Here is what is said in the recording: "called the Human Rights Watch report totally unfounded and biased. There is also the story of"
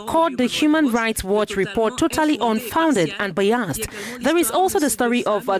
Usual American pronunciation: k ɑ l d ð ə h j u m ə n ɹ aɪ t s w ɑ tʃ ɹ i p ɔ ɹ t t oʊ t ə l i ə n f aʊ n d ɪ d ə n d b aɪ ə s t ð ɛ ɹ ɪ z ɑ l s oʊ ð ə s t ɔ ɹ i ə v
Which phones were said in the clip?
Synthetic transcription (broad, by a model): k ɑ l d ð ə h j u m ə n ɹ aɪ t s w ɑ tʃ ɹ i p ɔ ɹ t t oʊ t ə l i ə n f aʊ n d ɪ d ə n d b aɪ ə s t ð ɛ ɹ ɪ z ɑ l s oʊ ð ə s t ɔ ɹ i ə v